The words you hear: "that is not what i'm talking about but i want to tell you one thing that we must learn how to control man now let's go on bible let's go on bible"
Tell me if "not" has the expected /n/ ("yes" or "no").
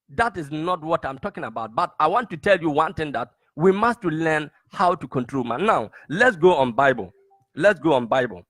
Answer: yes